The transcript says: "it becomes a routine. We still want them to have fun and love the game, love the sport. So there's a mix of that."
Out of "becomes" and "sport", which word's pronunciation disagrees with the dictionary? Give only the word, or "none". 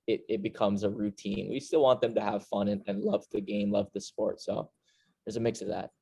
none